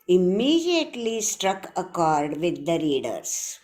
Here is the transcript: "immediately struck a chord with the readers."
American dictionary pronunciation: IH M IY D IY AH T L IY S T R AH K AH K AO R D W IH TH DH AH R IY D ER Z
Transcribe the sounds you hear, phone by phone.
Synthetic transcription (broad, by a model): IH M IY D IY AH T L IY S T R AH K AH K AO R D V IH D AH R IY D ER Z